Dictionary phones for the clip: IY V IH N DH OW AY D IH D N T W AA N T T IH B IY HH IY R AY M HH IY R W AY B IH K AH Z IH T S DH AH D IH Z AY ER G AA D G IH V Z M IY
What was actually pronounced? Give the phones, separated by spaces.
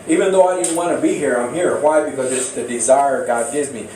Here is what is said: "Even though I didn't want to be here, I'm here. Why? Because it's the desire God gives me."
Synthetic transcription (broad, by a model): IY V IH N DH OW AY D IH D N T W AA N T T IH B IY HH IY R AY M HH IY R W AY B IH K AH Z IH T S DH AH D IH Z AY ER G AA D G IH V Z M IY